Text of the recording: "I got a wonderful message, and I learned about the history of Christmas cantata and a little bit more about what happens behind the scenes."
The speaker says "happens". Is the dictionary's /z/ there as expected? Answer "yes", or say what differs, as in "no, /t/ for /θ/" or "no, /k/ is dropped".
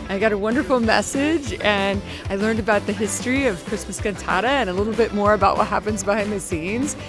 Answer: yes